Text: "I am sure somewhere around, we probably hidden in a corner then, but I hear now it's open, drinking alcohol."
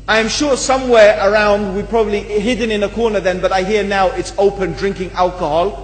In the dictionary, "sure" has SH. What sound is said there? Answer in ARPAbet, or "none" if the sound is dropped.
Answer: SH